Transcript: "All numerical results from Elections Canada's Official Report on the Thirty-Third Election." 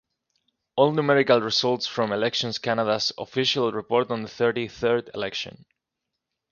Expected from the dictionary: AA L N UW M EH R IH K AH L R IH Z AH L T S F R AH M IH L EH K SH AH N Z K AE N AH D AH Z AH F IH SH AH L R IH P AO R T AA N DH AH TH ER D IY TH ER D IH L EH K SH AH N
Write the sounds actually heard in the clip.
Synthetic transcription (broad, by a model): AA L N UW M EH R IH K AH L R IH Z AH L T S F R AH M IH L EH K SH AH N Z K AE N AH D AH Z AH F IH SH AH L R IH P AO R T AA N DH AH TH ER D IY TH ER D IH L EH K SH AH N